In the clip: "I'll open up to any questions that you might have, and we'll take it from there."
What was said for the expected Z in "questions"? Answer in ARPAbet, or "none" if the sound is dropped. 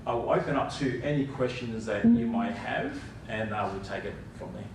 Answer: Z